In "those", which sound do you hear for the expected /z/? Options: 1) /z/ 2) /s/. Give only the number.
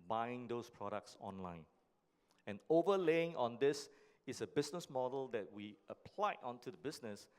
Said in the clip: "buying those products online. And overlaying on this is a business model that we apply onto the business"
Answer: 2